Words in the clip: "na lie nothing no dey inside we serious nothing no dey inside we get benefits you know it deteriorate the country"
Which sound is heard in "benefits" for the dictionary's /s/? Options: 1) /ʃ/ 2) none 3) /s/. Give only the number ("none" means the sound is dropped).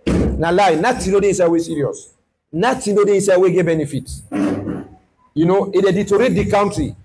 2